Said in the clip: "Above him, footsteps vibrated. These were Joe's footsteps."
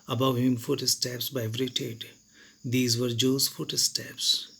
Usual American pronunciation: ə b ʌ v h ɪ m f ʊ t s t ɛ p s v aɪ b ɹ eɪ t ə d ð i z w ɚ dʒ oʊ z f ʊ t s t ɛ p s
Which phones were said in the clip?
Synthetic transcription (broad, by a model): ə b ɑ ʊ h ɪ m f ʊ t s t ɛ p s b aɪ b ɹ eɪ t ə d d i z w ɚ dʒ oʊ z f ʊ t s t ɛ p s